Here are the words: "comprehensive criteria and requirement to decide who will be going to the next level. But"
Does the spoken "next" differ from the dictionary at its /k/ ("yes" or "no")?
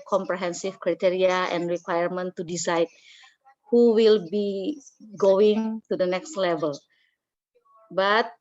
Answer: no